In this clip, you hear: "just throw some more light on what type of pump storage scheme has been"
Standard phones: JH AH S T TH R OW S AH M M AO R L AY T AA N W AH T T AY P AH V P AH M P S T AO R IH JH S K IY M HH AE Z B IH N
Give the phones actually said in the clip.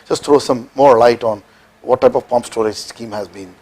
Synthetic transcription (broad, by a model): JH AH S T T R OW S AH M M AO R L AY T AA N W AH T T AY P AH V P AH M P S T AO R IH JH S K IY M HH AE Z B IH N